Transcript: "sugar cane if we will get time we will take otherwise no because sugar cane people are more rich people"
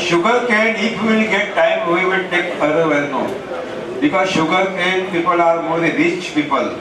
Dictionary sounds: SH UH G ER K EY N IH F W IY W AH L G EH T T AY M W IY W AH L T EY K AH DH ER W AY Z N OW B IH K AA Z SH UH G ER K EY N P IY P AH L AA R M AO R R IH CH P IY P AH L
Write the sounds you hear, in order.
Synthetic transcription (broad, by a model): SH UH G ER K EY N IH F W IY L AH G EH T T AY M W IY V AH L T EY K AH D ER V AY N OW B IH K AA Z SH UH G ER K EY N P IY P AH L AA R M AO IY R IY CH P IY P AH L